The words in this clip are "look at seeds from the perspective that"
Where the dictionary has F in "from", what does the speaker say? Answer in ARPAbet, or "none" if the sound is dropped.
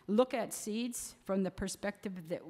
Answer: F